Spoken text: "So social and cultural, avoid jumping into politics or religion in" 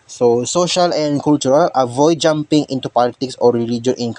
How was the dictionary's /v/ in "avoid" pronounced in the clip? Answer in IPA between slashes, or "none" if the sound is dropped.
/v/